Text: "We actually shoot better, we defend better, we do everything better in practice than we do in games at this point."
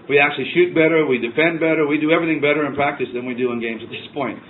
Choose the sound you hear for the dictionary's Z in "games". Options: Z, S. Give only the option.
Z